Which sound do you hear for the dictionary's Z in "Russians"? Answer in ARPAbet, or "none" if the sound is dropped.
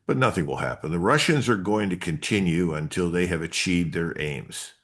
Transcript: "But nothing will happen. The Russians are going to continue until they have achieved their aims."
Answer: Z